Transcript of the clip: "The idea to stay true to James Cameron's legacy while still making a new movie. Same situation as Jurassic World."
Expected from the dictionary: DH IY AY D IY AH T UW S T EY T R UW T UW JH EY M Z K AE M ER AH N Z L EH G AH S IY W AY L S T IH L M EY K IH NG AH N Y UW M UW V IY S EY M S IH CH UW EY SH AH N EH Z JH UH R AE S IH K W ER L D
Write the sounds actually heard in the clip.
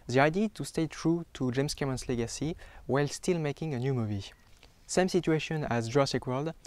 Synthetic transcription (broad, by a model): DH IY AY D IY T UW S T EY T R UW T UW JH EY M S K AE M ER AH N S L EH G AH S IY W AY L S T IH L M EY K IH NG AH N Y UW M UW V IY S EY M S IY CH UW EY SH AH N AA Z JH R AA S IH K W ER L D